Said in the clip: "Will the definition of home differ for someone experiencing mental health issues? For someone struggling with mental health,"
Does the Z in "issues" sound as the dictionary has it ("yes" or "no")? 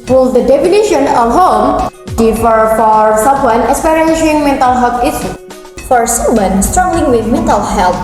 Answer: no